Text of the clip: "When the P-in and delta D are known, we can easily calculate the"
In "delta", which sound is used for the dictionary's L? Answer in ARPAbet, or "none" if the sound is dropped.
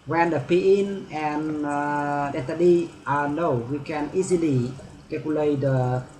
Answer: none